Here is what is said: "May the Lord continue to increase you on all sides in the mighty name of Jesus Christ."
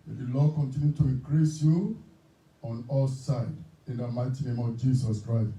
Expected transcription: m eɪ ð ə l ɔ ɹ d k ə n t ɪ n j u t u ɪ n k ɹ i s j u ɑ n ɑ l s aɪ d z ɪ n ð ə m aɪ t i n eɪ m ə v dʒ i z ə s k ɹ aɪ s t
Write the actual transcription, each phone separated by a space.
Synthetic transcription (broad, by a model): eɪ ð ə l ɔ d k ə n t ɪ n j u t u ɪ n k ɹ i s j u ɑ n ɑ l s aɪ d ɪ n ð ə m aɪ t i n eɪ m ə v dʒ i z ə s k ɹ aɪ s t